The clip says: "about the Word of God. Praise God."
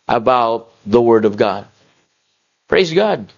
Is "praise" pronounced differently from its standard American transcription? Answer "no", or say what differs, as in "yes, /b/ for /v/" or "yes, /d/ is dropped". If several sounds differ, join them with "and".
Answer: no